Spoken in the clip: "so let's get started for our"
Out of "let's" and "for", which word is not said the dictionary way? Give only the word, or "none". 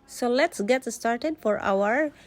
none